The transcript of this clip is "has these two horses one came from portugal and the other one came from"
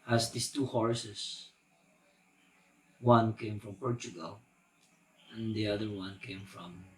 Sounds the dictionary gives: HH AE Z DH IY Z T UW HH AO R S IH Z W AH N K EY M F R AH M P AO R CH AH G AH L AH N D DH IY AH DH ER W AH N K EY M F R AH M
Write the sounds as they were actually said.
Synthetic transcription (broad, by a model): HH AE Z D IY S T UW HH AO R S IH S W AH N K EY M F R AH M P AO R CH AH G AH L AH N D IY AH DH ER W AH N K EY M F R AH M